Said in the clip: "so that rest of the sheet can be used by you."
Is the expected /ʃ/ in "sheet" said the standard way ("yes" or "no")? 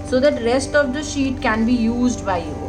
yes